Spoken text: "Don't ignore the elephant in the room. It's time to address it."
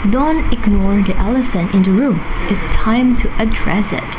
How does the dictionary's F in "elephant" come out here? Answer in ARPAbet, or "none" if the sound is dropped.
F